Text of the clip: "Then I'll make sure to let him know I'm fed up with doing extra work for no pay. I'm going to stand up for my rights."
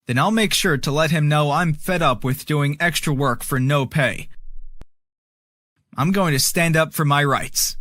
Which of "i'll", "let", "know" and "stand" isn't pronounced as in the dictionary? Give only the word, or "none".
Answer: none